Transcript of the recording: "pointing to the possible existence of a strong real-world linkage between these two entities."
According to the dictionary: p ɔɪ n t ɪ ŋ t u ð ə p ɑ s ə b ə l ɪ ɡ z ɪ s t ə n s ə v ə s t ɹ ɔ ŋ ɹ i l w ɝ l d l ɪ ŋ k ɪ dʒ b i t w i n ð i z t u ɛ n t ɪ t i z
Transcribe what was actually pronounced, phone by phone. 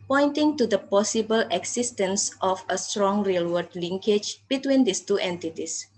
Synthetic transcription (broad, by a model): p ɔɪ n t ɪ ŋ t u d ə p ɑ s ə b ə l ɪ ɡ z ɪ s t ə n s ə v ə s t ɹ ɔ ŋ ɹ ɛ l w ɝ d l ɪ ŋ k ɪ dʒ b i t w i n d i s t u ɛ n t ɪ t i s